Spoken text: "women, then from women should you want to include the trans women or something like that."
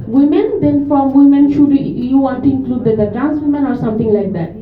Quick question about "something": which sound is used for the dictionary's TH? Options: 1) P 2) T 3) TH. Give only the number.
2